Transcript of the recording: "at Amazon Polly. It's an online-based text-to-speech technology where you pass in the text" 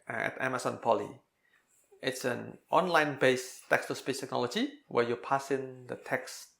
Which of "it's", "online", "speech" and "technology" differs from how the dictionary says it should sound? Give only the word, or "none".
speech